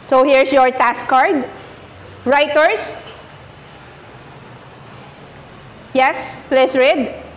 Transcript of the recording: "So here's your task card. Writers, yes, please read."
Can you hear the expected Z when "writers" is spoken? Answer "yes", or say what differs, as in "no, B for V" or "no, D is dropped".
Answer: no, S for Z